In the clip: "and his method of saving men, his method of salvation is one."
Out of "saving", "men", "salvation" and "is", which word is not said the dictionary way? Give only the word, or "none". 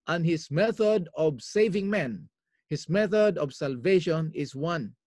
is